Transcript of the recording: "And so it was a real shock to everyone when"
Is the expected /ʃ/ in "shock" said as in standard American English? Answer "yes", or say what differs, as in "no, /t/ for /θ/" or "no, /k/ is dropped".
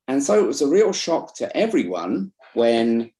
yes